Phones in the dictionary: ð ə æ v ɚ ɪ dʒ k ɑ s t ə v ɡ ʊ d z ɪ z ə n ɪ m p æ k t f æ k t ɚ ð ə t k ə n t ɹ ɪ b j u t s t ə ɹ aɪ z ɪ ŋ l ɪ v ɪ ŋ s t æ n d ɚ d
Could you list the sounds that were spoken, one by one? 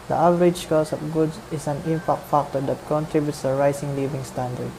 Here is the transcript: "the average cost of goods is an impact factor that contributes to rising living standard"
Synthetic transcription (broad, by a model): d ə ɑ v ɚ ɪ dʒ k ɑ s ə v ɡ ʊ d s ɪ s ə n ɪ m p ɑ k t f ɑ k t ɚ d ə t k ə n t ɹ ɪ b j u t s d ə ɹ aɪ s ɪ ŋ l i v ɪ ŋ s t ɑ n d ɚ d